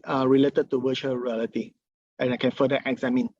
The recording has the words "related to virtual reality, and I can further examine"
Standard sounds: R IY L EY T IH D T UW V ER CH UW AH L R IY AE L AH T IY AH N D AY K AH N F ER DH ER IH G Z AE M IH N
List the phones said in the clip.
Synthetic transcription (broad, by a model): R IY L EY T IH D T UW W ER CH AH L R IY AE L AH T IY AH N AY K AH N F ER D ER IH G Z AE M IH N